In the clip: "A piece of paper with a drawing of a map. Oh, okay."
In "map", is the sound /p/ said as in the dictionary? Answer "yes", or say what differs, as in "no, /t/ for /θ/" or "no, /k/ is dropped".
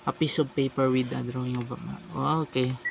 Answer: no, /p/ is dropped